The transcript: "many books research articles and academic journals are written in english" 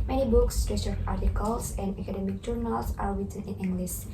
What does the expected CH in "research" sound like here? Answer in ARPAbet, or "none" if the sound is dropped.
none